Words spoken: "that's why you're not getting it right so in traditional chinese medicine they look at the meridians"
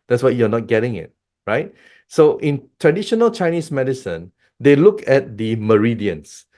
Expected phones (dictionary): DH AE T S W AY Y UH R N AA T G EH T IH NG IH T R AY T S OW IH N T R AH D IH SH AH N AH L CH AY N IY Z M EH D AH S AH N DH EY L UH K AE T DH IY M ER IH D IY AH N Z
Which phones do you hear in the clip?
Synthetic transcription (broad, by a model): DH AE T S W AY Y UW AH N AA T G EH T IH NG IH T R AY T S OW IH N T R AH D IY SH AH N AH L CH AY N IY S M EH D AH S AH N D EY L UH K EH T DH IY M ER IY D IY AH N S